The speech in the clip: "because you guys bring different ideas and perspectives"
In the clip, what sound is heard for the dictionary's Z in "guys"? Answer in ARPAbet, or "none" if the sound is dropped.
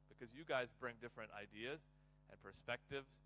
Z